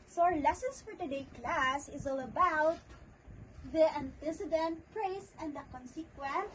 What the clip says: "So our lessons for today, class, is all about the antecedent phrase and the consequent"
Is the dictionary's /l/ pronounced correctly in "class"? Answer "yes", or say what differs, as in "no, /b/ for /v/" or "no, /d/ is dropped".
yes